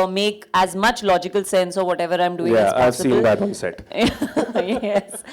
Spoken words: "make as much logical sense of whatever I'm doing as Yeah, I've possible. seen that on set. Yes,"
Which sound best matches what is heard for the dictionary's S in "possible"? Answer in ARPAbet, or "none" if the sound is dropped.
none